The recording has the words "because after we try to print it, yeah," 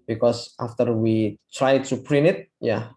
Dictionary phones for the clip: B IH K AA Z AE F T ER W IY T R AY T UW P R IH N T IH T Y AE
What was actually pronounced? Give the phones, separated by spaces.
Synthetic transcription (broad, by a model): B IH K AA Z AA F T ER W IY T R AY T UW P R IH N IH T Y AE